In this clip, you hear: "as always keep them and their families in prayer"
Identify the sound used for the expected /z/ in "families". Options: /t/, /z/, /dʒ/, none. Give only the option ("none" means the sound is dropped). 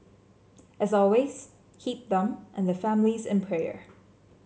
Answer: /z/